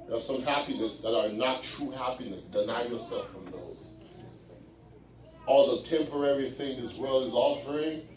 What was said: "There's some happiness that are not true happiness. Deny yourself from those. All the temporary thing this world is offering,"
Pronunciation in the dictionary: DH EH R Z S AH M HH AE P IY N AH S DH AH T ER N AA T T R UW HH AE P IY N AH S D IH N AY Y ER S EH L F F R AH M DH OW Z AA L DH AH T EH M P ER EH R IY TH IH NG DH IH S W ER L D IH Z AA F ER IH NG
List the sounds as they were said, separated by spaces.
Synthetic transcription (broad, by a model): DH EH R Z S AH M HH AE P IY N AH S DH AH T ER N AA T T R UW HH AE P IY N AH S D IH N AY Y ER S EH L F F R AH M DH OW Z AA L DH AH T EH M P ER EH R IY TH IH NG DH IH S W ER L IH Z AA F ER IH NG